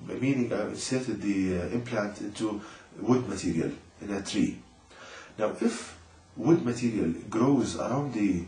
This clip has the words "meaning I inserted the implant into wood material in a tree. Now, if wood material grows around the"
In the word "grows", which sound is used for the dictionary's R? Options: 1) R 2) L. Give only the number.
1